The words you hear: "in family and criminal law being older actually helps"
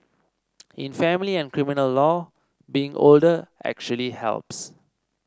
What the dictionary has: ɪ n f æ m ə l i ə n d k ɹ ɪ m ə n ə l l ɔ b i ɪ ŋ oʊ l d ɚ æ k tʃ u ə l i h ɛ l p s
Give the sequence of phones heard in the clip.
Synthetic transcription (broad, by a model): ɪ n f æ m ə l i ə n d k ɹ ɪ m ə n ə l l ɔ b i ɪ ŋ oʊ l d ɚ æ k tʃ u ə l i h ɛ l p s